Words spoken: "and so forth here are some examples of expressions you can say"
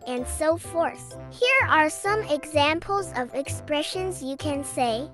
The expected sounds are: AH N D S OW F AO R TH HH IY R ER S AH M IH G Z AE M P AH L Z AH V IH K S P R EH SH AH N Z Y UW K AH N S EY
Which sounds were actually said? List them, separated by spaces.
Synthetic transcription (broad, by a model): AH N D S OW F AO R TH HH IY R ER S AH M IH G Z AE M P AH L Z AH V IH K S P R EH SH AH N Z Y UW K AH N S EY